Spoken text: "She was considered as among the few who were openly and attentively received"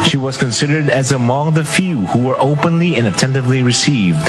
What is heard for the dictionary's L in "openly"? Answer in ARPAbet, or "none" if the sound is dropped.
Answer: L